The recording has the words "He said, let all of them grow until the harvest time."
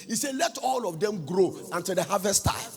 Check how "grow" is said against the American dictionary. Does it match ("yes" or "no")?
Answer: yes